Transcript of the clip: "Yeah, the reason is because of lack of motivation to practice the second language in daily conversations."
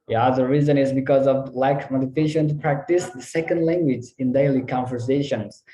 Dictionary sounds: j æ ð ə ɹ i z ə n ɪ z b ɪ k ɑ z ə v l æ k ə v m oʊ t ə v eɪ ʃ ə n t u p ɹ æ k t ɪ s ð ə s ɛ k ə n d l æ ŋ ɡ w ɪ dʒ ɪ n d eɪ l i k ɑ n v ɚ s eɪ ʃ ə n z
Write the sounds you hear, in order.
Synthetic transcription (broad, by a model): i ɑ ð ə ɹ i z ə n ɪ z b ɪ k ɑ z ə v l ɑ ə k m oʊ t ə f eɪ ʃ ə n t u p ɹ æ k t ɪ s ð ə s ɛ k ə n d l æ ŋ ɡ w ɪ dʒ ɪ n d eɪ l i k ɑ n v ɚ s eɪ ʃ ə n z